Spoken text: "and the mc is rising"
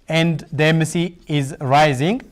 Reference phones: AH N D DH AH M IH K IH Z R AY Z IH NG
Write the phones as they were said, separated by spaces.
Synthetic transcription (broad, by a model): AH N D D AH M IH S IH Z R AY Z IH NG